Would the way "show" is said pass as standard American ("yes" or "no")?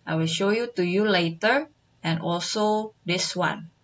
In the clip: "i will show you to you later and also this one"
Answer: yes